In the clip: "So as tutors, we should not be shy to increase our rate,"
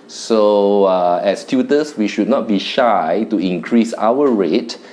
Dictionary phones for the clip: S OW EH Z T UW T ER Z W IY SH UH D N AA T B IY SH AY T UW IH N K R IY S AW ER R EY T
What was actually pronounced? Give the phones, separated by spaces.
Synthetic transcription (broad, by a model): S OW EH S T UW T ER S W IY SH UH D N AA T B IY SH AY T UW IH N K R IY S AW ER R EY T